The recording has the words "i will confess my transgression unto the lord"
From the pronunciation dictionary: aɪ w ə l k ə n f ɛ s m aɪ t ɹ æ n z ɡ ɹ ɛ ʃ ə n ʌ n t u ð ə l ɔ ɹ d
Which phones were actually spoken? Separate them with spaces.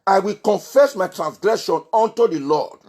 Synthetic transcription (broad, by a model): aɪ w ə l k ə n f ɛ s m aɪ t ɹ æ n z ɡ ɹ ɛ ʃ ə n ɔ n t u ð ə l ɔ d